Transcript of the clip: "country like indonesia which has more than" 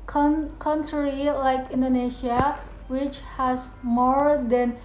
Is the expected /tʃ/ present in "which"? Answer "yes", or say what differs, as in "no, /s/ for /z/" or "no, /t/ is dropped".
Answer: yes